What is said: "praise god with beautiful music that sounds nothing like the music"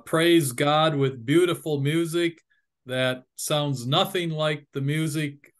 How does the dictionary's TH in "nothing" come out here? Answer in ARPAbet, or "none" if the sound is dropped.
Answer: TH